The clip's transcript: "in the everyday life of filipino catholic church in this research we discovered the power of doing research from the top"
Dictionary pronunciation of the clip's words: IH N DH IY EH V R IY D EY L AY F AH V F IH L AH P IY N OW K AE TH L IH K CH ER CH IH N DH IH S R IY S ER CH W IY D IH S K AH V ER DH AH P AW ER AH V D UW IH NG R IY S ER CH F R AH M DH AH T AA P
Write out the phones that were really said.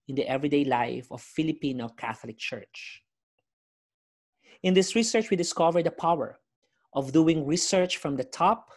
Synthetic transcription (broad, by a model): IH N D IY EH V R IY D EY L AY F AH V F IH L AH P IY N OW K AE TH L IH K CH ER CH IH N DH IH S R IY S ER CH W IY D IH S K AH V ER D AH P AW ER AH V D UW IH NG R IY S ER CH F R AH M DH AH T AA P